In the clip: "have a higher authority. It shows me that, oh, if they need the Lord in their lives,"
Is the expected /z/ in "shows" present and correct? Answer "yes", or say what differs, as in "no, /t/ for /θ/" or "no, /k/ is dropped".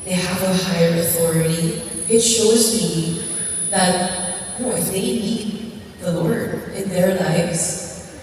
yes